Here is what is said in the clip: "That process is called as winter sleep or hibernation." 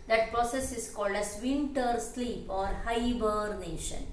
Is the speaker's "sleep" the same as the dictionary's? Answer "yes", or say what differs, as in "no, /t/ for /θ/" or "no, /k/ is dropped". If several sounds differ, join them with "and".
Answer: yes